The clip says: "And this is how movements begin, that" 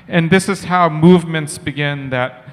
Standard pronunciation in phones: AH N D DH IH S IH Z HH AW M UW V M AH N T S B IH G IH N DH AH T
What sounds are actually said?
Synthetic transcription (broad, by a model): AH N DH IH S IH Z HH AW M UW V M AH N T S B IH G IH N DH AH T